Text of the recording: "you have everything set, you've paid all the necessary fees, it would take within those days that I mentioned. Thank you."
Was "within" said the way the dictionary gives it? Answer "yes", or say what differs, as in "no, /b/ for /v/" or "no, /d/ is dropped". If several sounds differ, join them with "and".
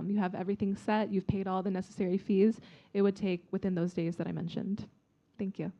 yes